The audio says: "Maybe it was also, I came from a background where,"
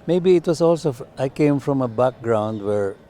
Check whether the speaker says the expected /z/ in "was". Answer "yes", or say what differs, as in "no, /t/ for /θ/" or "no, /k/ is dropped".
no, /s/ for /z/